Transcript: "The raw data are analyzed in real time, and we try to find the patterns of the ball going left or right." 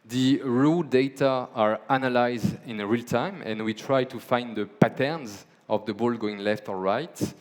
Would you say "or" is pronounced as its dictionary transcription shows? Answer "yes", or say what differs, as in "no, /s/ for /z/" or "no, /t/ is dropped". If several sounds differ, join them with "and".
no, /l/ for /ɹ/